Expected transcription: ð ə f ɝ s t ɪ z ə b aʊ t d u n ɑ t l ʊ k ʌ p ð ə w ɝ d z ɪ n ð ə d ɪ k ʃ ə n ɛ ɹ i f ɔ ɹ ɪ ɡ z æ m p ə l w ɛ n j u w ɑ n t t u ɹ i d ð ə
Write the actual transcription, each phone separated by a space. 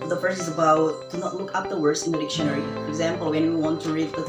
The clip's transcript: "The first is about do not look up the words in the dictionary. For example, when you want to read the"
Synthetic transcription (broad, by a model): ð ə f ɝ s ɪ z ə b aʊ t d u n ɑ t l ʊ k ʌ p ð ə w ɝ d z ɪ n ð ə d ɪ k ʃ ə n ɛ ɹ i f ɔ ɹ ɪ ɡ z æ m p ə l w ɛ n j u w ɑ n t t u ɹ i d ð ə